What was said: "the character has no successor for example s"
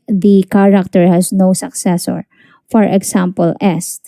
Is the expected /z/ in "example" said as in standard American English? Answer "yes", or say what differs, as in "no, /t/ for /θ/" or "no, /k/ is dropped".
no, /s/ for /z/